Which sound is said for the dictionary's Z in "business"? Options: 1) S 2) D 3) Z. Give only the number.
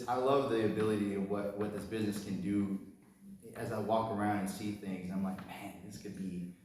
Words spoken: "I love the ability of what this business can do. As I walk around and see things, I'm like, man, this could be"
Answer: 3